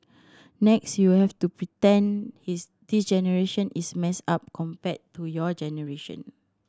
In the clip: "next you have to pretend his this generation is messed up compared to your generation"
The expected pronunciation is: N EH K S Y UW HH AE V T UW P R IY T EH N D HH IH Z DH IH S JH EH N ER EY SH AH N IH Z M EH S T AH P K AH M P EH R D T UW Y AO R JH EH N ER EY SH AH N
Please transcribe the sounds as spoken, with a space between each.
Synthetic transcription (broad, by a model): N EH K S Y UW HH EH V T UW P R IY T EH N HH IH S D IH S JH EH N ER EY SH AH N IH S M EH S AA P K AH M P EH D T UW Y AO JH EH N ER EY SH AH N